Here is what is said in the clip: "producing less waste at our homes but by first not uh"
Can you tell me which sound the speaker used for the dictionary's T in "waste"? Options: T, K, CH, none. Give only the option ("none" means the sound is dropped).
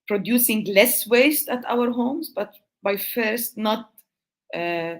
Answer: T